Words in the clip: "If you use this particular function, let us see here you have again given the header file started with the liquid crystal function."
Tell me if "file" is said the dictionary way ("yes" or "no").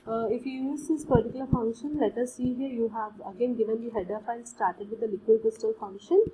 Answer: no